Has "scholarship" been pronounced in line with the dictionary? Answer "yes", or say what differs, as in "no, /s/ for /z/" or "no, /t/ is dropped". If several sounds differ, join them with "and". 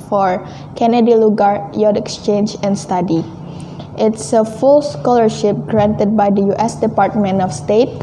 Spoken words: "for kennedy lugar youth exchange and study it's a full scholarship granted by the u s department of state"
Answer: yes